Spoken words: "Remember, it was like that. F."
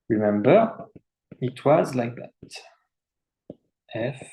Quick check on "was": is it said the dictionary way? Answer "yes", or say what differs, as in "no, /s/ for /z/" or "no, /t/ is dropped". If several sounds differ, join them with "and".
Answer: yes